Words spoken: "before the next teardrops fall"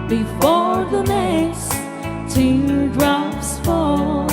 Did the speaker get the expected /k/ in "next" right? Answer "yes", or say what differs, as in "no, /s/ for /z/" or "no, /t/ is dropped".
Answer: no, /k/ is dropped